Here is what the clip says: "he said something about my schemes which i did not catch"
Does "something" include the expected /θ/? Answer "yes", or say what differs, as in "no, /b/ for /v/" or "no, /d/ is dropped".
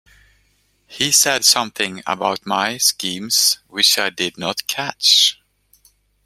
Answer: yes